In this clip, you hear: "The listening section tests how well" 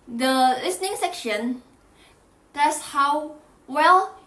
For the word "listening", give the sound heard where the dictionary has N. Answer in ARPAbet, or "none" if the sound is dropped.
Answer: N